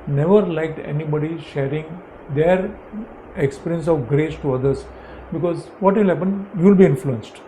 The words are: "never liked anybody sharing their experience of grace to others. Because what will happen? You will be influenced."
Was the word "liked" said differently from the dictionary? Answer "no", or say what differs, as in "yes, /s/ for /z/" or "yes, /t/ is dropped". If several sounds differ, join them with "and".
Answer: no